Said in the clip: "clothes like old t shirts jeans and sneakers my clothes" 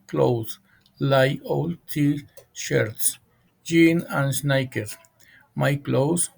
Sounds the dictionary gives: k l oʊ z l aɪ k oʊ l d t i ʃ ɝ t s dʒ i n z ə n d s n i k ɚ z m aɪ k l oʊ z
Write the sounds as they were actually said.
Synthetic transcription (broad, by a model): k l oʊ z l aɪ oʊ l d t i ʃ ɝ t s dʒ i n ə n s n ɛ k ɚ m aɪ k l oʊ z